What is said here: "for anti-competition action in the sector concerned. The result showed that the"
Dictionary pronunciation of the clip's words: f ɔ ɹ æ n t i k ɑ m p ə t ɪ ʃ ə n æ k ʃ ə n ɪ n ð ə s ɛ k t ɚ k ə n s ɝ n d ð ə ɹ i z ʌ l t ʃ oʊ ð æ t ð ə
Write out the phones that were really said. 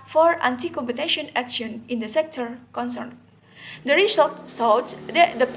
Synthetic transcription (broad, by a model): f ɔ ɹ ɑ n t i k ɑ m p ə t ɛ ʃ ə n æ k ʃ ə n ɪ n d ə s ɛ k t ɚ k ə n s ɝ n d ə ɹ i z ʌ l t s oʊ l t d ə